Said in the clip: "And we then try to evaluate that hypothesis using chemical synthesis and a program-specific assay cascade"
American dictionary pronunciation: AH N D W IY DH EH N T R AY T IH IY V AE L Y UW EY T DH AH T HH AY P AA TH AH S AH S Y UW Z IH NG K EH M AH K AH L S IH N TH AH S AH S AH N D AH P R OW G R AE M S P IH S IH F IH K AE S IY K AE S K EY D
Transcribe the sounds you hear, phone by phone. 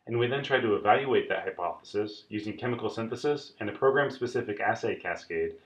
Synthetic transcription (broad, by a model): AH N W IY DH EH N T R AY T IH IY V AE L Y UW EY T DH AH T HH AY P AA TH AH S AH S Y UW Z IH NG K EH M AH K L S IH N TH AH S AH S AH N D AH P R OW G R AE M S P IH S IH F IH K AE S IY K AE S K EY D